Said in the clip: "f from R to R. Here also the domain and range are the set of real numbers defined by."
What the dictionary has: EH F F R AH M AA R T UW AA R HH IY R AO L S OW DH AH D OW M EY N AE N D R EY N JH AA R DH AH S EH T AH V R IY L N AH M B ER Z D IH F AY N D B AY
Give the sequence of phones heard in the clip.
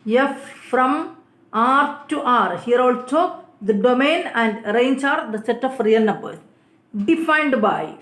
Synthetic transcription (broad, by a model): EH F F R AH M AA R T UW AA R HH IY R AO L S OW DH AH D OW M EY N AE N D R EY N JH AA R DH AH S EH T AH F R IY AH N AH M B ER D IH F AY N D B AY